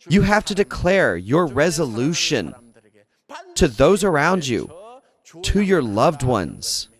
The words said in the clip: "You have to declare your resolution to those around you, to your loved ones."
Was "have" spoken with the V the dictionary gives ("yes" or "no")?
no